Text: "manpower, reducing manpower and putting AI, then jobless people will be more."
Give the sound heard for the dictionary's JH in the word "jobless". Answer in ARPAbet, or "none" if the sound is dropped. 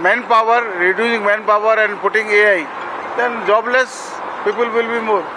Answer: JH